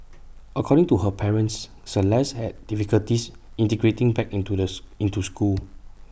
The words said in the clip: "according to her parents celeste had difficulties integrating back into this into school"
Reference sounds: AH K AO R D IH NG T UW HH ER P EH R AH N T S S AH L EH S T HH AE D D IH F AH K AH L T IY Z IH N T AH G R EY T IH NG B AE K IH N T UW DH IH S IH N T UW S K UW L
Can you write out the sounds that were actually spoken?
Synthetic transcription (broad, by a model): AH K AO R D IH NG T UW HH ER P EH R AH N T S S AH L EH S HH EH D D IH F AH K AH L T IY S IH N T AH G R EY T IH NG B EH K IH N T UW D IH IH N T UW S K UW L